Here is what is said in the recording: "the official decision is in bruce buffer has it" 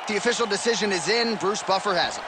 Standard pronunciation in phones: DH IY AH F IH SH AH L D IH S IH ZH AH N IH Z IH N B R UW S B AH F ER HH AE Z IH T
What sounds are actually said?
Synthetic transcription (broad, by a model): DH IY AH F IH SH L D IH S IH ZH AH N IH Z IH N B R UW S B AH F ER HH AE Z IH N